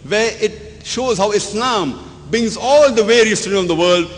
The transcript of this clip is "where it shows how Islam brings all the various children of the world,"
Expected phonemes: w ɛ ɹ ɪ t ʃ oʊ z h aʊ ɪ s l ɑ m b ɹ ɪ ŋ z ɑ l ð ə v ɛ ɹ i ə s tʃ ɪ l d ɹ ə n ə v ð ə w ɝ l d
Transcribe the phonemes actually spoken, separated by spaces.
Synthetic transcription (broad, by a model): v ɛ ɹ ɪ t ʃ oʊ z h aʊ ɪ s l ɑ m b ɹ ɪ ŋ z ɑ l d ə v ɛ ɹ i ə s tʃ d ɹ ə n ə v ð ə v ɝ l d